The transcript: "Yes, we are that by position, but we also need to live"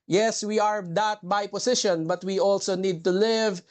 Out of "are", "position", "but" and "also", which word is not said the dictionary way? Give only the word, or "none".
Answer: position